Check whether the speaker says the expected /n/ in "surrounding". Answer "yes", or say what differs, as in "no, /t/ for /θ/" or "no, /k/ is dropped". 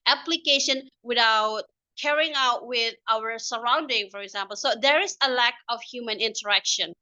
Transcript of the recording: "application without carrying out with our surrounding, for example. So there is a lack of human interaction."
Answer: yes